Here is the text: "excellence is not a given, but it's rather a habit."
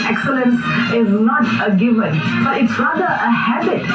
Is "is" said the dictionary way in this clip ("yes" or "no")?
yes